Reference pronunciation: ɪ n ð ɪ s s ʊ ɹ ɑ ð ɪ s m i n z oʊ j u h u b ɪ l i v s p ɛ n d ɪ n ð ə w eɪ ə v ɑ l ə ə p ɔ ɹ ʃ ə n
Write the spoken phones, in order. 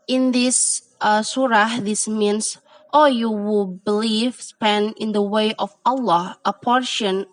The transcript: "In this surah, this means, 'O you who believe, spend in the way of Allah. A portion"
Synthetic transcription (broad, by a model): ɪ n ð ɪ s s ʊ ɹ ɑ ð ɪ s m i n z oʊ j u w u b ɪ l i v s p ɛ n d ɪ n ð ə w eɪ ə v ɑ l ə ə p ɔ ɹ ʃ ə n